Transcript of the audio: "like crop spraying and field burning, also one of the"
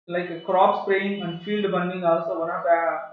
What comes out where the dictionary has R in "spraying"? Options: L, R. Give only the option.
L